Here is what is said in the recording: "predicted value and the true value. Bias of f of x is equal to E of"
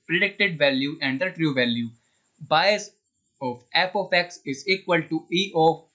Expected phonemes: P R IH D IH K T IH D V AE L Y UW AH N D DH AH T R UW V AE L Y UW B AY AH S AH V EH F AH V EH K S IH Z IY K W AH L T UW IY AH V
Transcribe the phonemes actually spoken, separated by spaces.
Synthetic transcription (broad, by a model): P R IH D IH K T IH D V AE L Y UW AH N D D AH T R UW V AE L Y UW B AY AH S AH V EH P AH F EH K S IH Z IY K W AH L T UW IY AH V